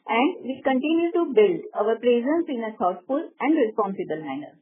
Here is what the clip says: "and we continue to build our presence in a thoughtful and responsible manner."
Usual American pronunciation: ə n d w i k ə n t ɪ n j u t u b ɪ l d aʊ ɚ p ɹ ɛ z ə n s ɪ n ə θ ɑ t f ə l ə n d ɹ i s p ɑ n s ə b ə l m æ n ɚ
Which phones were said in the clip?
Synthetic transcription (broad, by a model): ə n d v i k ə n t ɪ n j u t u b ɪ l d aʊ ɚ p ɹ ɛ z ə n s ɪ n ə t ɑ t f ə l ə n d ɹ i s p ɑ n s ə b ə l m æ n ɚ